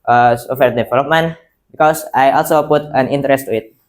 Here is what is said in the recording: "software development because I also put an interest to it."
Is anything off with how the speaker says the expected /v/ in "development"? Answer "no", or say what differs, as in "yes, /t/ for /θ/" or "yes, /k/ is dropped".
yes, /f/ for /v/